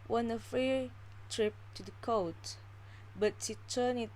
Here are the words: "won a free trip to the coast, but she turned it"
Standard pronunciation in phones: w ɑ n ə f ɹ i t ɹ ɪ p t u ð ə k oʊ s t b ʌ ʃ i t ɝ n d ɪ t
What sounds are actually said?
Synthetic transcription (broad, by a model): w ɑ n ə f ɹ i t ɹ ɪ p t u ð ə k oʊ t b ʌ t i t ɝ n ɪ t